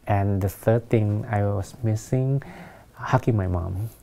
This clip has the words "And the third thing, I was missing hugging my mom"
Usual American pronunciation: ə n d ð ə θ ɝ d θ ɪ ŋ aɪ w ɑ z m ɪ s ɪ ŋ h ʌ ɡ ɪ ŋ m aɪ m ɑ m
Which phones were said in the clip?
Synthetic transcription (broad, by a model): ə n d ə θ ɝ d t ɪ ŋ aɪ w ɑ s m ɪ s ɪ ŋ h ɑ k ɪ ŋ m aɪ m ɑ m